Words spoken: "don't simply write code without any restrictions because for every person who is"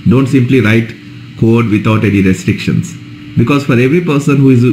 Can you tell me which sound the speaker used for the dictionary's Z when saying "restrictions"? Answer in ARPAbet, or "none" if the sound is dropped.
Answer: S